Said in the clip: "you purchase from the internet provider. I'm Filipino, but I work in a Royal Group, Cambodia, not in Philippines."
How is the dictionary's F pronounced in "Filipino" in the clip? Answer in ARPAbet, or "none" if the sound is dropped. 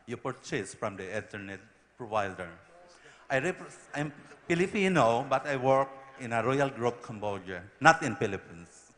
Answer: P